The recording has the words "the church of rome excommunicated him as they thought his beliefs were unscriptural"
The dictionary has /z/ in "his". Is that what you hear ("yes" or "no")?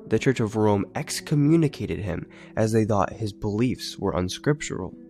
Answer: yes